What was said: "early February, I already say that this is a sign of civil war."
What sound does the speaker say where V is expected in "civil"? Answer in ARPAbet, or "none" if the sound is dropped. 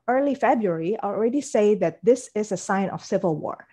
V